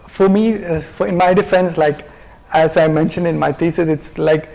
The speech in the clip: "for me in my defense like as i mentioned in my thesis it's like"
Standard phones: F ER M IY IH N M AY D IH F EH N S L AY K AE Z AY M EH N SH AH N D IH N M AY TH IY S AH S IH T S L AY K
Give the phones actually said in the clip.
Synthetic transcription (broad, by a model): F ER M IY IH N M AY D IH F EH N S L AY K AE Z AY M EH N SH AH N D IH N M AY T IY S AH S IH T S L AY K